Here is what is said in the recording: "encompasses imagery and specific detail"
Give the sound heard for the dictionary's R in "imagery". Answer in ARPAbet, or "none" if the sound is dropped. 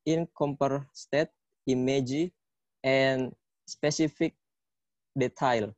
none